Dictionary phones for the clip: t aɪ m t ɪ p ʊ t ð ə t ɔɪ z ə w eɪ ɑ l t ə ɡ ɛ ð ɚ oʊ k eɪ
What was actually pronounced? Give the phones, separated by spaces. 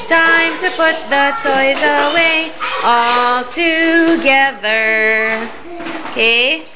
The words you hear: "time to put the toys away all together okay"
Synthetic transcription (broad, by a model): t aɪ m t ɪ p ʊ t ð ə t ɔɪ z ə w eɪ ɑ l t ə ɡ ɛ ð ɚ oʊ k eɪ